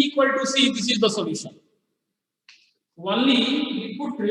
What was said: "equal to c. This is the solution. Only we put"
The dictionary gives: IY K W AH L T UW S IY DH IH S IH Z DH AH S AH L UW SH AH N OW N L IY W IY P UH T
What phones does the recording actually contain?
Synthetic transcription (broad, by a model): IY K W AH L T UW S IY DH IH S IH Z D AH S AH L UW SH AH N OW L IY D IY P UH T